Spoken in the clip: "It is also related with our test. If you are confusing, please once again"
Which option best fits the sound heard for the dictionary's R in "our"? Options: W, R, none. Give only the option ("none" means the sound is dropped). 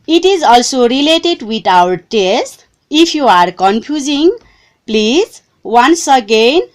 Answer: W